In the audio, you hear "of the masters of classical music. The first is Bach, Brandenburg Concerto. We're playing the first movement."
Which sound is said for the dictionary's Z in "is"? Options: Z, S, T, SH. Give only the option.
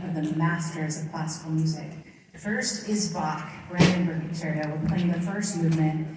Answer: Z